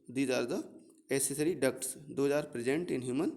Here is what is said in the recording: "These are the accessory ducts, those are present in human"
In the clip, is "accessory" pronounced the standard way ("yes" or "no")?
no